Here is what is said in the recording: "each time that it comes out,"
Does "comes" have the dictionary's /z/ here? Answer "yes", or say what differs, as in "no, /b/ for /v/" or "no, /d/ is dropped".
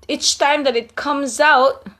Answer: yes